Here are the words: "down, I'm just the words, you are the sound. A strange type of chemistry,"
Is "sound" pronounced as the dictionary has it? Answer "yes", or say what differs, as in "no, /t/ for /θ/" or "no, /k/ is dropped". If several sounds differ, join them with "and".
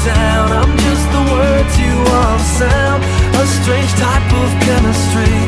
no, /d/ is dropped